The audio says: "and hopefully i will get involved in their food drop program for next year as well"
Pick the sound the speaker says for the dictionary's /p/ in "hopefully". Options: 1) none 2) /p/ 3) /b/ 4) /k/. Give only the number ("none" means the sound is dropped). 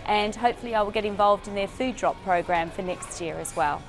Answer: 2